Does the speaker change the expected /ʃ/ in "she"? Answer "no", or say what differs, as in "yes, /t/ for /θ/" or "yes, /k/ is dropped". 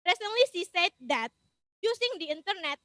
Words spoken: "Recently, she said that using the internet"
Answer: yes, /s/ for /ʃ/